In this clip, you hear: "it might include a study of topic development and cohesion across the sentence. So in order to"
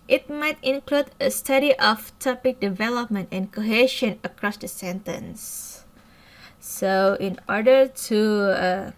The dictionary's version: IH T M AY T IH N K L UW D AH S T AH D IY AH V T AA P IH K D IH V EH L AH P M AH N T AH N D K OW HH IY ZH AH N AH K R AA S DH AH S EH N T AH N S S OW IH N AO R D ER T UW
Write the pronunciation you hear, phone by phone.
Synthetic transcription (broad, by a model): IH T M AY T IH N K L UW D AH S T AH D IY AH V T AA P IH K D IH V EH L AH P M AH N T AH N K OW HH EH SH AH N AH K R AA S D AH S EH N T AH N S S OW IH N AO R D ER T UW